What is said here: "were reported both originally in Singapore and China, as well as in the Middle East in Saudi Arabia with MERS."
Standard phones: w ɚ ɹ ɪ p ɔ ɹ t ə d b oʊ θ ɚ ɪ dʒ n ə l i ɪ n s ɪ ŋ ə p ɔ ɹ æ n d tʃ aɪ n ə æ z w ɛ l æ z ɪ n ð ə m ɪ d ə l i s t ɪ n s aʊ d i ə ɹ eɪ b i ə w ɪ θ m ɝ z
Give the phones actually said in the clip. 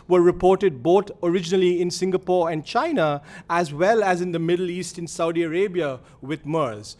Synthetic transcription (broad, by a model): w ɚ ɹ ɪ p ɔ ɹ t ə d b oʊ t ɚ ɪ dʒ n ə l i ɪ n s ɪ ŋ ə p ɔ ɹ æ n d tʃ aɪ n ə æ z w ɛ l æ z ɪ n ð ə m ɪ d ə l i s t ɪ n s aʊ d i ə ɹ eɪ b i ə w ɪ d m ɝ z